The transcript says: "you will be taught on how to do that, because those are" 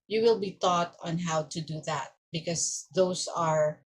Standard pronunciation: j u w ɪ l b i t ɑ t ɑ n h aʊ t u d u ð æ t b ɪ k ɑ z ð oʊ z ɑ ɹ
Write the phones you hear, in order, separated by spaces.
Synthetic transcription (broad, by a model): j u w ɪ l b i t ɑ t ɑ n h aʊ t u d u ð æ t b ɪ k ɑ s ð oʊ s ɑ ɹ